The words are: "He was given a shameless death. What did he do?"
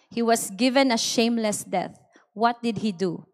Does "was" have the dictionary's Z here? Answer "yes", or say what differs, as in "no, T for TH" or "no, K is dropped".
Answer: no, S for Z